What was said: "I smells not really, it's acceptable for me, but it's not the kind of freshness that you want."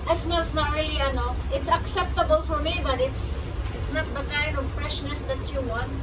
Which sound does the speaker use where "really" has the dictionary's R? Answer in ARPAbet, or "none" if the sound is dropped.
L